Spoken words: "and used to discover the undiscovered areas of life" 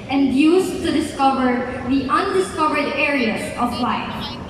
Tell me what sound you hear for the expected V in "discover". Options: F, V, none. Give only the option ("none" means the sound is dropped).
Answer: V